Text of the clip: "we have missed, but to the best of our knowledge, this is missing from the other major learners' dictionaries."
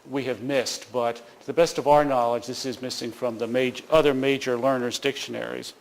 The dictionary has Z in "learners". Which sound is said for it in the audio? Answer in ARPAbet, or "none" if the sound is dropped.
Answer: Z